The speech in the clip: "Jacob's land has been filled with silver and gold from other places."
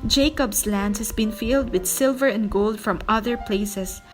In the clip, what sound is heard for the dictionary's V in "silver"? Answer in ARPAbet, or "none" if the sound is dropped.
V